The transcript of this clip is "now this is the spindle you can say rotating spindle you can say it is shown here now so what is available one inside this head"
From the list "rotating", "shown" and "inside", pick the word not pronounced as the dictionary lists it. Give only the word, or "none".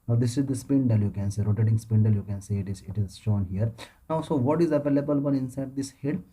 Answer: none